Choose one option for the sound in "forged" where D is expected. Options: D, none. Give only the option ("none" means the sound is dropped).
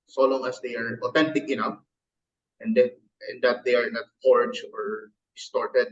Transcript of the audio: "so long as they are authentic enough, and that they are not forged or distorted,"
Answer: none